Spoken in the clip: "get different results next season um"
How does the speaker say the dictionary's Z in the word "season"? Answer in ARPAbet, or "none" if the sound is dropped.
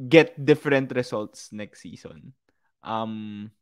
S